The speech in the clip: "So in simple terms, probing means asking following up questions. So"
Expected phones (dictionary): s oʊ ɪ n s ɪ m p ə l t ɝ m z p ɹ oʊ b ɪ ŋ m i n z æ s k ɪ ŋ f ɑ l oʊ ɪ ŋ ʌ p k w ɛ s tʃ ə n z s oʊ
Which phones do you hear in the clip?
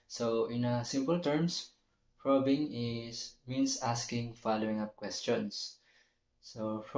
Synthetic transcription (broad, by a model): s oʊ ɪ n s ɪ m p ə l t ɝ m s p ɹ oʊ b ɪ ŋ m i n s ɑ s k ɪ ŋ f ɑ l oʊ ɪ ŋ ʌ p k w ɛ s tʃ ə n s oʊ